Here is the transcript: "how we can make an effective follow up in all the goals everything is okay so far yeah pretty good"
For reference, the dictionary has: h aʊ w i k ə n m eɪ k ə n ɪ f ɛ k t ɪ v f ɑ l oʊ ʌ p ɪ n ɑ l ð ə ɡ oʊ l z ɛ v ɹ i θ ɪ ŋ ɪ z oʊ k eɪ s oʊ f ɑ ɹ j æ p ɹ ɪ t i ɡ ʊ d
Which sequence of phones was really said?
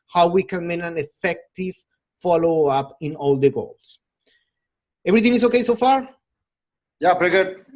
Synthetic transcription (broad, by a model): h aʊ w i k ə n m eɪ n ə n ɪ f ɛ k t ɪ v f ɑ l oʊ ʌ p ɪ n ɑ l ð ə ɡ oʊ l s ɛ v ɹ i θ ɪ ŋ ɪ s oʊ k eɪ s oʊ f ɑ ɹ j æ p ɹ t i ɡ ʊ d